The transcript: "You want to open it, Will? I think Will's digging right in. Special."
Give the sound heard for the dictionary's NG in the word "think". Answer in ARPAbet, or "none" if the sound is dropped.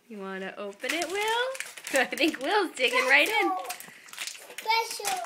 NG